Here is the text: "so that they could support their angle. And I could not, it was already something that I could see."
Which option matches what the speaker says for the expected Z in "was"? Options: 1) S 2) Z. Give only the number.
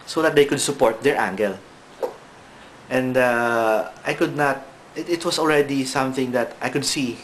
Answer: 1